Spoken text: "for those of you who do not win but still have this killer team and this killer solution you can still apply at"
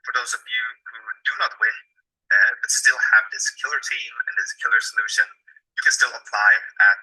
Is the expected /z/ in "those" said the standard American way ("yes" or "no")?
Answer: yes